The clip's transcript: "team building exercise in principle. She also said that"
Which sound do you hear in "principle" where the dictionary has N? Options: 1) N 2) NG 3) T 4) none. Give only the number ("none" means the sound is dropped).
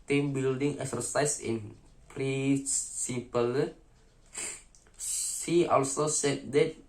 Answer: 4